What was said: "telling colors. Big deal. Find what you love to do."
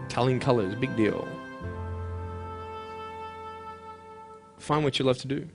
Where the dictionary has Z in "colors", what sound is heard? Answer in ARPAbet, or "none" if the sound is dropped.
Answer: Z